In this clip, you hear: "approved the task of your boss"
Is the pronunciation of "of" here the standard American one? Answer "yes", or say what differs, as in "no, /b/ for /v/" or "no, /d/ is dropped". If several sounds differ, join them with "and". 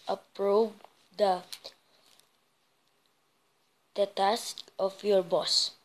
no, /f/ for /v/